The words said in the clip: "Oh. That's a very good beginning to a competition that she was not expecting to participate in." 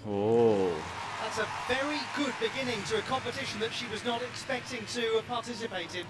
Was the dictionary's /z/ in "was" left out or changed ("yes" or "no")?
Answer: no